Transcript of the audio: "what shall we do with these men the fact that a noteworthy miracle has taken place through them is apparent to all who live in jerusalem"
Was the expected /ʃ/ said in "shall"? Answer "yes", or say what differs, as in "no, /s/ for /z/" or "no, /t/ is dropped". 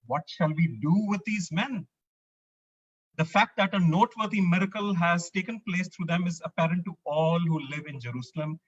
yes